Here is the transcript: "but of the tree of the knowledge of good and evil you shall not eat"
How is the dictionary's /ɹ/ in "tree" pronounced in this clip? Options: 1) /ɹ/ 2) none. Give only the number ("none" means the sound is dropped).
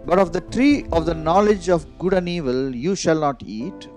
1